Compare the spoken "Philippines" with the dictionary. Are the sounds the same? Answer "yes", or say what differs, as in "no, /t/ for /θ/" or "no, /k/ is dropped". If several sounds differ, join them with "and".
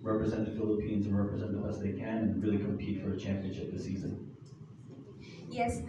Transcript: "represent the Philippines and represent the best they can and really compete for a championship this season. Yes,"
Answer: yes